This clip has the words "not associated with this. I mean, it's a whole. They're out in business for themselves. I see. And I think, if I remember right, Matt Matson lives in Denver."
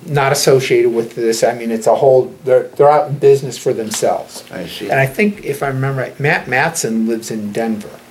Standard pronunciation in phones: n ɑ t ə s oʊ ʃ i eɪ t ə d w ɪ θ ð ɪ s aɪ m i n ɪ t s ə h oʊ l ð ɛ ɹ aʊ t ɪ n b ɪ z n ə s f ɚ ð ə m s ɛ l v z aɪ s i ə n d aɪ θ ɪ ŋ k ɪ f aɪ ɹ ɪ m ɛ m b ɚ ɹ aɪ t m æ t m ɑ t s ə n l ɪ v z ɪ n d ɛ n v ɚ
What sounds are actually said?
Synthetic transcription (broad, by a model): n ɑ t ə s oʊ ʃ i eɪ t ə d w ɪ ð ɪ s aɪ m i n ɪ t s ə h oʊ l ð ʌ ɹ aʊ t n b ɪ z n ə s f ɚ ð ə m s ɛ l v z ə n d aɪ θ ɪ ŋ k ɪ f aɪ ɹ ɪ m ɛ m b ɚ ɹ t m æ t m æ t s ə n l ɪ v z ɪ n d ɛ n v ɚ